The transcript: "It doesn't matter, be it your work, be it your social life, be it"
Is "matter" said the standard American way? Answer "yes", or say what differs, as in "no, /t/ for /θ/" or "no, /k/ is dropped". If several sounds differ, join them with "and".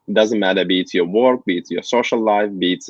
yes